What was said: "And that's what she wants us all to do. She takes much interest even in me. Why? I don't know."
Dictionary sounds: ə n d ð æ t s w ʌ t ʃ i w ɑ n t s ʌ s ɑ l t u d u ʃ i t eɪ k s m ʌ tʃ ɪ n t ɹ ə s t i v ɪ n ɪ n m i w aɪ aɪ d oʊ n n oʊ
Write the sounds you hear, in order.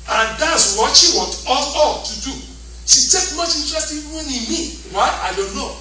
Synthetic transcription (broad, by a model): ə n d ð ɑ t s w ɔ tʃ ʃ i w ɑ t ɔ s ɑ l t u d u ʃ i t eɪ k m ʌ tʃ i n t ɹ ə s t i w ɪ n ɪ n m i w aɪ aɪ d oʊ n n oʊ